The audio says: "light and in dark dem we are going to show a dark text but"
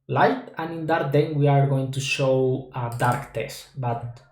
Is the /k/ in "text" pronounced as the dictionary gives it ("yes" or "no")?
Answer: no